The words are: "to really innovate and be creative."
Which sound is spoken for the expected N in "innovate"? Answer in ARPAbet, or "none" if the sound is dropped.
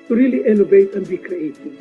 L